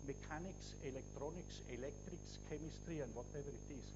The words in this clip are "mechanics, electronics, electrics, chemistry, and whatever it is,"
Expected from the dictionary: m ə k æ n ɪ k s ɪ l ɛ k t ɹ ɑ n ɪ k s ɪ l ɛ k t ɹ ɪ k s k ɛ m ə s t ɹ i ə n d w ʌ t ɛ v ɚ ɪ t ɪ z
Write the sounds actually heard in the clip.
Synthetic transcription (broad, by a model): m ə k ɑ n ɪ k s ɪ l ɛ k t ɹ ɑ n ɪ k s ɪ l ɛ k t ɹ ɪ k s k ɛ m ə s t ɹ i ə n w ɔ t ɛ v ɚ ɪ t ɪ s